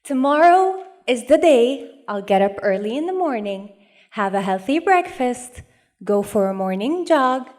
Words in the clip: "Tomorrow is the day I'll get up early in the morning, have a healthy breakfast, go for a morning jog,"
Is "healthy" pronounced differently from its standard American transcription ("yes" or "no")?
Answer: no